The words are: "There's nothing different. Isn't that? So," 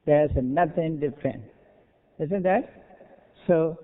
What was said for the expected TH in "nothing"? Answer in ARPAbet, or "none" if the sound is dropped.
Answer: T